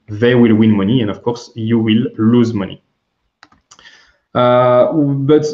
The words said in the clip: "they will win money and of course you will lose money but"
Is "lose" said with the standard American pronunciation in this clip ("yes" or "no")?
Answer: yes